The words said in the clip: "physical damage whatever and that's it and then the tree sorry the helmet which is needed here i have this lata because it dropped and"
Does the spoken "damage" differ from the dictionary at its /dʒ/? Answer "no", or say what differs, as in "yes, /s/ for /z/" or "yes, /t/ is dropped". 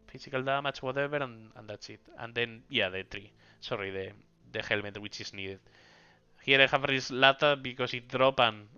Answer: yes, /tʃ/ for /dʒ/